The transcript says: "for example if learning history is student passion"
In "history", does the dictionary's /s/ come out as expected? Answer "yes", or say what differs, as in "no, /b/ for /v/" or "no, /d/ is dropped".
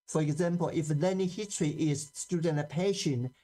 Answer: no, /s/ is dropped